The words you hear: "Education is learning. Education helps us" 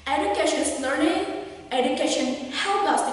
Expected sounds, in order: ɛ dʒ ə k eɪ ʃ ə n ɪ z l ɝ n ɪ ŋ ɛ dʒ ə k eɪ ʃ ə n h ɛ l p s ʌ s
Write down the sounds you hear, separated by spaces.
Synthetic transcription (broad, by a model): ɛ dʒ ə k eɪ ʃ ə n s l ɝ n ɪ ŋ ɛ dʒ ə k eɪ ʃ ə n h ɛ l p ʌ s